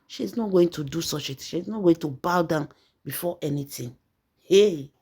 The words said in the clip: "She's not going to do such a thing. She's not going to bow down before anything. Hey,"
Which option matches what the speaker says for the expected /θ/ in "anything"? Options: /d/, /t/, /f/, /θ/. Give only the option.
/t/